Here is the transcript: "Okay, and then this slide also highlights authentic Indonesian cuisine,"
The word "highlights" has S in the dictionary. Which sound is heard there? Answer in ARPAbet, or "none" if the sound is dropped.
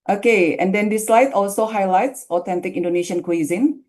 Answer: S